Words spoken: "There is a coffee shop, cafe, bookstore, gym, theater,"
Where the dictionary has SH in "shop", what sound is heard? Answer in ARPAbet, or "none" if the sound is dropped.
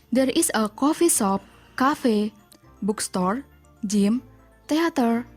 S